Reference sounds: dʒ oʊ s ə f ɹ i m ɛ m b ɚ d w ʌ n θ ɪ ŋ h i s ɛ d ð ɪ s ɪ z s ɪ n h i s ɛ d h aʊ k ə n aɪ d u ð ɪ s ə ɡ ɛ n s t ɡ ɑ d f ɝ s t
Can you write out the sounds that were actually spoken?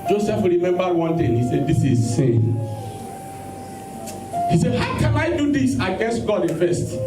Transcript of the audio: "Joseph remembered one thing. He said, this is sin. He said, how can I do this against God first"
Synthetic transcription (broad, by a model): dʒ oʊ s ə f ɹ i m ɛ m b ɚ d w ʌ n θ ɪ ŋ h i s ɛ d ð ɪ s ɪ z s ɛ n h i s ɛ d h aʊ k ə n aɪ d u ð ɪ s ə ɡ ɛ n s t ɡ ɑ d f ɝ s t